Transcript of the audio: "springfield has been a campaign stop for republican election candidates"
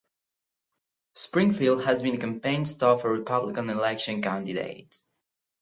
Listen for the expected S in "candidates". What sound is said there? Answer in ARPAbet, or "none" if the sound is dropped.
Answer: none